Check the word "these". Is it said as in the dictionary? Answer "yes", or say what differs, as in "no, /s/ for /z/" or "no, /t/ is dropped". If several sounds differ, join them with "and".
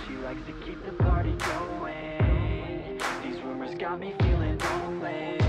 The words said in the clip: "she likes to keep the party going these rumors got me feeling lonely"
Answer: yes